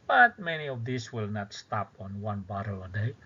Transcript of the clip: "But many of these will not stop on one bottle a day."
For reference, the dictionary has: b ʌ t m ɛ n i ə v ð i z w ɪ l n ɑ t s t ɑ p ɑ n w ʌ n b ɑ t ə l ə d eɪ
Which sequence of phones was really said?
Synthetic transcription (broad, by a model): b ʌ t m ɛ n i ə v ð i s w ɪ l n ɑ t s t ɑ p ɑ n w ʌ n b ɑ t ə l ə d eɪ